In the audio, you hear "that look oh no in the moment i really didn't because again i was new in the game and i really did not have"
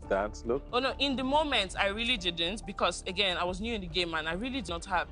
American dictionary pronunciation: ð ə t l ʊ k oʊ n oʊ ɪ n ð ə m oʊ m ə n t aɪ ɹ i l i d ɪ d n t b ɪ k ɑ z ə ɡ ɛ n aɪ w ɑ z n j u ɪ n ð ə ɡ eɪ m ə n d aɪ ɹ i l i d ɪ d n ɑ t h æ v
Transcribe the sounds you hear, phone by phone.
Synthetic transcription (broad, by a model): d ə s l ʊ k oʊ n oʊ ɪ n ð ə m oʊ m ə n t aɪ ɹ i l i d ɪ d n t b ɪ k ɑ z ə ɡ ɛ n aɪ w ɑ z n j u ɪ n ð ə ɡ eɪ m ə n aɪ ɹ i l i d ɪ d n ɑ t h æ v